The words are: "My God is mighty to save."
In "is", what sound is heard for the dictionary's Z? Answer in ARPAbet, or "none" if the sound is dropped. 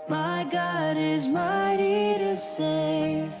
Z